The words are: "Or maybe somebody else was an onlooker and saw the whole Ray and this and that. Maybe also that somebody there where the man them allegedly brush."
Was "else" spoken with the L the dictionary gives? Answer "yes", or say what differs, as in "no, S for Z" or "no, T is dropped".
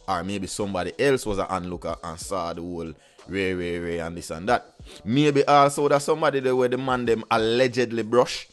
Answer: yes